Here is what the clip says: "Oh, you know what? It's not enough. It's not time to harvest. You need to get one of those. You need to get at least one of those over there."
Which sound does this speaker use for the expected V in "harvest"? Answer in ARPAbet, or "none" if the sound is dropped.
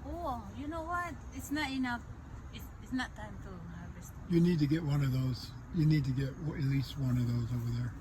none